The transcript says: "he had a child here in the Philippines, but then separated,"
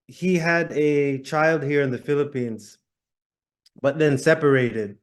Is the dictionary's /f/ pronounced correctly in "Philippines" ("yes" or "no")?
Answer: yes